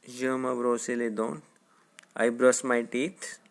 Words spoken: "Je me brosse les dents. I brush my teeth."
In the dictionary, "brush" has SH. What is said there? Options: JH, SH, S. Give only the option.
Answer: S